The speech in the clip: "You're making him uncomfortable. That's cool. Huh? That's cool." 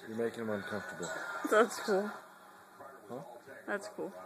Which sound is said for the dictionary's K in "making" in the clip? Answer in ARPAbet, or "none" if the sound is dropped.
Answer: none